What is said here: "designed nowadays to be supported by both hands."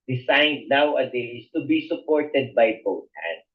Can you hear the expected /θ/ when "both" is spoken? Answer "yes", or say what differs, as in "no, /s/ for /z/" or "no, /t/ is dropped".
no, /t/ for /θ/